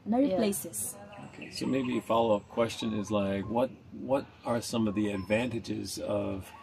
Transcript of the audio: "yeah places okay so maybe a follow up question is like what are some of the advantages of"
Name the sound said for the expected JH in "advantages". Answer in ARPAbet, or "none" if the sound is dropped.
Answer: JH